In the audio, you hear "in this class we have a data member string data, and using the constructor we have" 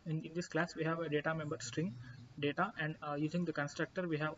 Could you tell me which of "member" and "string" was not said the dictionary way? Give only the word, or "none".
none